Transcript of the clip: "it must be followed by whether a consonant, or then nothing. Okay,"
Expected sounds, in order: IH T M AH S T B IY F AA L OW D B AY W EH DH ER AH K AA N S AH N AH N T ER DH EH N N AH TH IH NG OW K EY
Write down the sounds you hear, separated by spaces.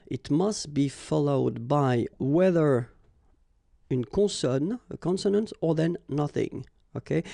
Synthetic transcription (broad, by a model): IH T M AH S T B IY F AA L OW D B AY W EH DH ER AH K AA N S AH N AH N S ER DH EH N N AH TH IH NG OW K EY